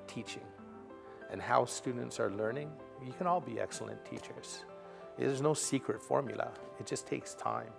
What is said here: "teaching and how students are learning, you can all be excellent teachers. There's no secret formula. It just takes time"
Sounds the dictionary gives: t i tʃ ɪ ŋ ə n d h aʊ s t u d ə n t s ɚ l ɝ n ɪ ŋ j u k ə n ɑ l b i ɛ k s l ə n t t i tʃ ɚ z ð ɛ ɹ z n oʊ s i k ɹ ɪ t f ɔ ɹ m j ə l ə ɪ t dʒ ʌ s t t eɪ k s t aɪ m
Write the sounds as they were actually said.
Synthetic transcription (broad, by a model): t i tʃ ɪ ŋ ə n h aʊ s t u d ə n t s ɚ l ɝ n ɪ ŋ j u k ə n ɑ l b i ɛ k s l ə n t t i tʃ ɚ z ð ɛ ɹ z n oʊ s i k ɹ ɪ t f ɔ ɹ m j l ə ɪ t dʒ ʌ s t t eɪ k s t aɪ m